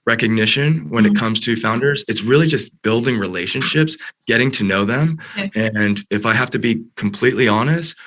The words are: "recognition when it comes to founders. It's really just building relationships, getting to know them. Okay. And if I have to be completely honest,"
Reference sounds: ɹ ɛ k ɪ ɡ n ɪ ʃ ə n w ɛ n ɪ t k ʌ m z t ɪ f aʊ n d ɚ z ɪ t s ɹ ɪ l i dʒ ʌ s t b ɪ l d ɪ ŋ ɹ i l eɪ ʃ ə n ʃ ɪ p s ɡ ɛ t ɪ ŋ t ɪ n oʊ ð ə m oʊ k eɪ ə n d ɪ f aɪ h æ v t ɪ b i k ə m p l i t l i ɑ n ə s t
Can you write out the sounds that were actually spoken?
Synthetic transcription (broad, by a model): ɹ ɛ k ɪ ɡ n ɪ ʃ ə n w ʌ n ɪ t k ʌ m z t ɪ f aʊ n d ɚ z ɪ t s ɹ ɪ l i dʒ ʌ s t b ɪ l d ɪ ŋ ɹ i l eɪ ʃ ə n ʃ ɪ p s ɡ ɛ t ɪ ŋ t ɪ n oʊ ð ə m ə n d ɪ f aɪ h æ f t ɪ b i k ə m p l i t l i ɑ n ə s t